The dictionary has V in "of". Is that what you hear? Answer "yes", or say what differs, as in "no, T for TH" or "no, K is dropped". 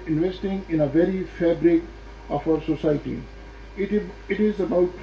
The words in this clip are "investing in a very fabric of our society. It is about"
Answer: no, F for V